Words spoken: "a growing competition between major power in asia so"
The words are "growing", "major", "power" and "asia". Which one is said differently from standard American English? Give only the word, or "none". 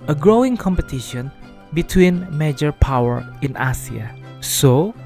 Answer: asia